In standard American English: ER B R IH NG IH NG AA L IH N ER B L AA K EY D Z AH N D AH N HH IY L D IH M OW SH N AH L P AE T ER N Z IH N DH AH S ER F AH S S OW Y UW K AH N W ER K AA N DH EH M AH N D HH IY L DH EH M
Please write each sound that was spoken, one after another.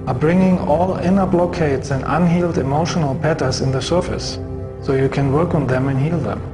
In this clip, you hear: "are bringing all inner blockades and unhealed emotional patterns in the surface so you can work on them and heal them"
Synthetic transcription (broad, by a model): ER B R IH NG IH NG AA L IH N ER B L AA K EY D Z AH N D AH N HH IY L D IH M OW SH N AH L P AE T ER Z IH N DH AH S ER F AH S S OW Y UW K AH N W ER K AA N DH EH M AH N HH IY L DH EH M